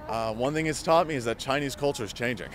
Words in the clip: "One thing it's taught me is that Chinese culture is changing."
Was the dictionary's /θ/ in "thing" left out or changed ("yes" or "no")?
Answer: no